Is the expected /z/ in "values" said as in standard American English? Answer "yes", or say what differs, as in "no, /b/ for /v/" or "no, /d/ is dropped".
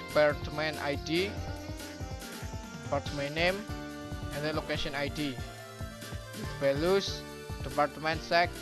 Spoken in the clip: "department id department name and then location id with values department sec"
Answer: no, /s/ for /z/